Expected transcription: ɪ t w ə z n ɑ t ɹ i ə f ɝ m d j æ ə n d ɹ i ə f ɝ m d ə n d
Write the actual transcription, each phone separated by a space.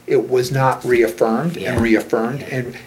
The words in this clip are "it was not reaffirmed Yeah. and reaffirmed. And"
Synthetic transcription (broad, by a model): ɪ t w ə z n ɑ t ɹ i ə f ɝ m d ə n ɹ i ə f ɝ m d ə n